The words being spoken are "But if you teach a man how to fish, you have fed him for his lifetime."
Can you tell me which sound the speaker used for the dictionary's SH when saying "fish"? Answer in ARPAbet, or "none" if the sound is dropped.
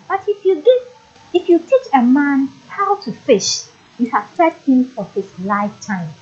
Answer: SH